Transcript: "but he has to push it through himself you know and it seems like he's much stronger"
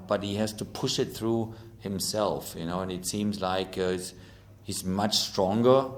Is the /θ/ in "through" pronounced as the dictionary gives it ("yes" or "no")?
yes